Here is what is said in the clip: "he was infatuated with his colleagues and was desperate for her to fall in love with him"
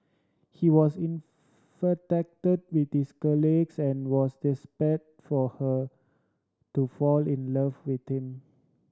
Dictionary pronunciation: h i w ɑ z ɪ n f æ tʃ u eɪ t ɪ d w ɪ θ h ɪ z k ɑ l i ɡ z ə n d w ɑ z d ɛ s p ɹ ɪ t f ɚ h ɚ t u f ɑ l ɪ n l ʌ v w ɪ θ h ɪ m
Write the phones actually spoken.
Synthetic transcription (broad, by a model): h i w ɑ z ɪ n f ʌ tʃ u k t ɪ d w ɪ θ h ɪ s k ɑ l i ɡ s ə n w ɑ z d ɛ s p ɪ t f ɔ h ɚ t u f ɑ l ɪ n l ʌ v w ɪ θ h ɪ m